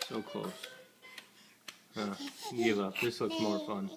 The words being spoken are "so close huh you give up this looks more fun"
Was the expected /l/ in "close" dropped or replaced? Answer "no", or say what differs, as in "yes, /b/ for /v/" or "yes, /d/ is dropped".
yes, /l/ is dropped